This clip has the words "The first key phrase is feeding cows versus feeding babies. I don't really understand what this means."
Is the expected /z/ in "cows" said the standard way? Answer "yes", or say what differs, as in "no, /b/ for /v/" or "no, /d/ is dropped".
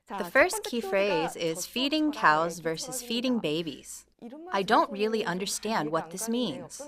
yes